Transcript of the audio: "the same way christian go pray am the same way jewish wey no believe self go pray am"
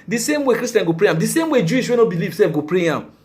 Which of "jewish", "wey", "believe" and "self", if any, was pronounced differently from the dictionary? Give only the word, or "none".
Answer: self